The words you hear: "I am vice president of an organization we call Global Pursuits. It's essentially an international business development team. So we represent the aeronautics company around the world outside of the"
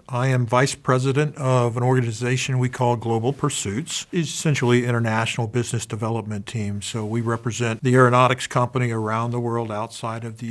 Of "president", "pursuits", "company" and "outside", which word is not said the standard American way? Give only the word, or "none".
none